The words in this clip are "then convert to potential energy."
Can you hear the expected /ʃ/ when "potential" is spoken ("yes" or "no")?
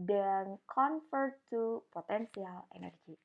no